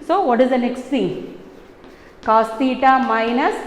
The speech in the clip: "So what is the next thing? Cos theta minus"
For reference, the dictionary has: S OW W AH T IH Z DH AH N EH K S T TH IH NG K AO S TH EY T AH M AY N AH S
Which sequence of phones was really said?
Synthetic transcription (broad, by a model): S OW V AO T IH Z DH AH N EH K S T S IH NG K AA S T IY T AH M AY N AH S